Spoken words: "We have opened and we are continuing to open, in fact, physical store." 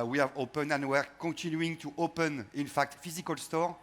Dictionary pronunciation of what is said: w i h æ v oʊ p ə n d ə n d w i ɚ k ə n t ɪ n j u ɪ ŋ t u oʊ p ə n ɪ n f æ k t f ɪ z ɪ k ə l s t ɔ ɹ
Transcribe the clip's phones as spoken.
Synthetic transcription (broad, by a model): w i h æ v oʊ p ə n ə n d w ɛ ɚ k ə t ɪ n j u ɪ ŋ t u oʊ p ə n ɪ n f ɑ k t f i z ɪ k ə l s t ɔ ɹ